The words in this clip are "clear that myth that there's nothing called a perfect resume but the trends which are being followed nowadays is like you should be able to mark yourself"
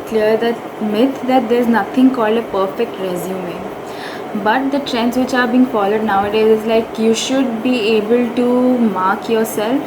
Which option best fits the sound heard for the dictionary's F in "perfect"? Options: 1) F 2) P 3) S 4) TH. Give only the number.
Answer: 1